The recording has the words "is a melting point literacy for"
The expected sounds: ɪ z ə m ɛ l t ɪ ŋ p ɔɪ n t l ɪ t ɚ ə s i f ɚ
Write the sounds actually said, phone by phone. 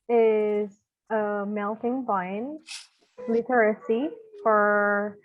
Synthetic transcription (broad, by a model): ɪ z ə m ɛ l t ɪ ŋ b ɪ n l ɪ t ɚ ə s i f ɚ